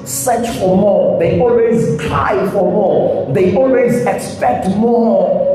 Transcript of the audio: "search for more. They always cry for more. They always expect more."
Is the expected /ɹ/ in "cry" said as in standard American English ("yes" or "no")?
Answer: no